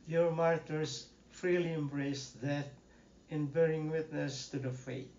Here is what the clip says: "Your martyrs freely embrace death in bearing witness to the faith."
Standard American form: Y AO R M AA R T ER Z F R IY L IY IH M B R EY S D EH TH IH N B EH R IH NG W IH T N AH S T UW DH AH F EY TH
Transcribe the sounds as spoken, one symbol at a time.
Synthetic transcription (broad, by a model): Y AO R M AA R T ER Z F R IY L IY IH M B R EY S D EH T IH N B EH R IH NG W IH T N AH S T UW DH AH F EY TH